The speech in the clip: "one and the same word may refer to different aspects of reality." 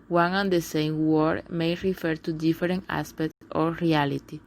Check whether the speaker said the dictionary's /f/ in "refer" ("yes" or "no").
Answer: yes